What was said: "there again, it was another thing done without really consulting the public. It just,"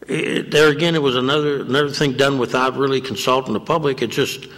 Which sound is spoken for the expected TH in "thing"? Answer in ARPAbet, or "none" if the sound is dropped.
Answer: TH